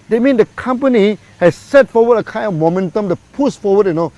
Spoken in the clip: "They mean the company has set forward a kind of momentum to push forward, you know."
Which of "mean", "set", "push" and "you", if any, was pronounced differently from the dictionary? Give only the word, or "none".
push